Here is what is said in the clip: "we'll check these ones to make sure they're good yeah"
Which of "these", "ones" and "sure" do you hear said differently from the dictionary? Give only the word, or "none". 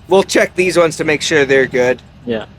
none